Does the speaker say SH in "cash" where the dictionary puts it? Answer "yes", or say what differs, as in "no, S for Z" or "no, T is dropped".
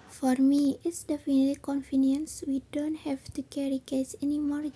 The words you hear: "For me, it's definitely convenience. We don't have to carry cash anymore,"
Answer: no, S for SH